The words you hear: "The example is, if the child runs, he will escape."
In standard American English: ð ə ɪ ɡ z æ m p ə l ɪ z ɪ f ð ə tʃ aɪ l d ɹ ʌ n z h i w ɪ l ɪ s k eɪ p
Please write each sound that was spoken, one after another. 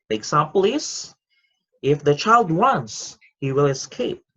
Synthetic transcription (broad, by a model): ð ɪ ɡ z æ m p l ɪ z ɪ f ð ə tʃ aɪ l d w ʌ n s h i w ɪ l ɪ s k eɪ p